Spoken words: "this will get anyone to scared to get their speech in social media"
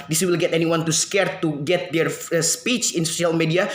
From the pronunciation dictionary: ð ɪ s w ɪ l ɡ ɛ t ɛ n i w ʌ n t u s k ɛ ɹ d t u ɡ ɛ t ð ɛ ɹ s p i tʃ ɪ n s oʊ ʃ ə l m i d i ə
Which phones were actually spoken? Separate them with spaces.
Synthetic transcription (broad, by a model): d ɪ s w ɪ l ɡ ɛ t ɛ n i w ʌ n t u s k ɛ ɹ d t u ɡ ɛ t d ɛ ɹ s p i tʃ ɪ n s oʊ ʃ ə l m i d i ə